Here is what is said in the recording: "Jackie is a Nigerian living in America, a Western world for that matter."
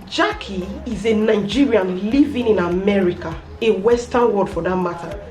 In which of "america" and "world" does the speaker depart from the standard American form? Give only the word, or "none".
world